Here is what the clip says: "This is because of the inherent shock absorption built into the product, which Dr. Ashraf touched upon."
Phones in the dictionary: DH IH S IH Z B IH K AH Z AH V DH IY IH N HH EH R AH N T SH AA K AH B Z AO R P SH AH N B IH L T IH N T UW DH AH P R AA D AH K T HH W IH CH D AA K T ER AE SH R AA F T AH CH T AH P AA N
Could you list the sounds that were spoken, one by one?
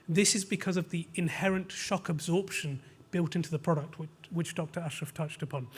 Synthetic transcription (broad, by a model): DH IH S IH Z B IH K AH Z AH V DH IY IH N HH EH R AH N T SH AA K AH B Z AO R P SH AH N B IH L T IH N T UW DH AH P R AA D AH K T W W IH CH D AA K T ER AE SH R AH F T AH CH T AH P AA N